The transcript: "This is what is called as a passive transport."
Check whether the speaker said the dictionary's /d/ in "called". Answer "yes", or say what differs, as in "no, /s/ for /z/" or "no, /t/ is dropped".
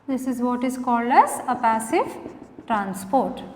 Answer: yes